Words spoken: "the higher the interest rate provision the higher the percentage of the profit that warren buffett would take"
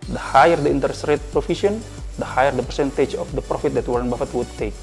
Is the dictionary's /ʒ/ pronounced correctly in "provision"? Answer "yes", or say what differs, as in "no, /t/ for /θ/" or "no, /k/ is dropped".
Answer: no, /s/ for /ʒ/